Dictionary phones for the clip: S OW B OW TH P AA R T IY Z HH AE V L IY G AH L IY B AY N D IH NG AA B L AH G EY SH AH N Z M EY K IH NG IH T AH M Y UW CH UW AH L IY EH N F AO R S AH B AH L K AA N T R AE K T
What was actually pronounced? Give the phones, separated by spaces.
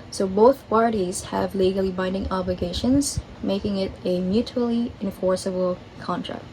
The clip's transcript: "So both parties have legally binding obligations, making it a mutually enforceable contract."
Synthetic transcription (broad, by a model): S OW B OW TH P AA R T IY Z HH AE V L IY G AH L IY B AY N D IH NG AA B L AH G EY SH AH N Z M EY K IH NG IH T AH M Y UW CH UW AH L IY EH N F AO R S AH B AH L K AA N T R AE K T